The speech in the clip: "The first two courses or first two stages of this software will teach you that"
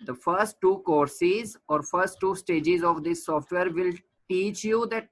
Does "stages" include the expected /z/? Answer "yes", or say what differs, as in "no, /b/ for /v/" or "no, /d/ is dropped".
yes